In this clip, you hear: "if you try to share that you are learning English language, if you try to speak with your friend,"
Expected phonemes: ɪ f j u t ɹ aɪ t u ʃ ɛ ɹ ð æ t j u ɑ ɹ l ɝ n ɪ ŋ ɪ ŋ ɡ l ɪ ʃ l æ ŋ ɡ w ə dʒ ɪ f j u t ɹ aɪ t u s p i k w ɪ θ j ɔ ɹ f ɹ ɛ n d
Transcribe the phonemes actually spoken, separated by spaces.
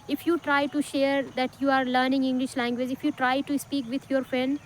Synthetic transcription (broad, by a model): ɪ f j u t ɹ aɪ t u ʃ ɛ ɹ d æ t j u ɑ ɹ l ɝ n ɪ ŋ ɪ ŋ ɡ l ɪ ʃ l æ ŋ ɡ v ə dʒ ɪ f j u t ɹ aɪ t u s p i k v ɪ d j ɔ ɹ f ɹ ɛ n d